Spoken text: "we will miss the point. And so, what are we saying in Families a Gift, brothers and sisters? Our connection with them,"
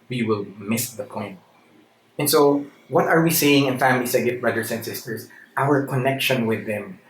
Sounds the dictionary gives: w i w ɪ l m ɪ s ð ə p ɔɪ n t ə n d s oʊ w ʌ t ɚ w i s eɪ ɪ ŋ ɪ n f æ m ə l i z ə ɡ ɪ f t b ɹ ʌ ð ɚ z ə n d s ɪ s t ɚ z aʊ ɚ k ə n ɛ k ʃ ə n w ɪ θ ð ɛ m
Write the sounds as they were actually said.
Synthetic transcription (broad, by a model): w i w ɪ l m ɪ s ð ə p ɔɪ n t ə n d s oʊ w ʌ t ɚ w i s eɪ ɪ ŋ ɪ n f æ m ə l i s ə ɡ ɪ t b ɹ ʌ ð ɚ s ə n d s ɪ s t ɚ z aʊ ɚ k ə n ɛ k ʃ ə n w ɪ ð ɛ m